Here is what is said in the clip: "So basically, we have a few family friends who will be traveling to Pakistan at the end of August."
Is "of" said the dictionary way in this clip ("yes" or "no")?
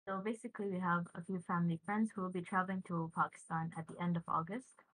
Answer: yes